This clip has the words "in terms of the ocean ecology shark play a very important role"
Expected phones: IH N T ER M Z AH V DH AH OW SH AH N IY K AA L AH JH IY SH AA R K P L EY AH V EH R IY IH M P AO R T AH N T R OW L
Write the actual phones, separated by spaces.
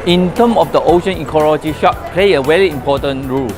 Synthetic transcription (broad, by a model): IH N T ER M AH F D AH OW SH AH N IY K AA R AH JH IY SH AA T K P L EY AH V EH R IY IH M P AO T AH N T R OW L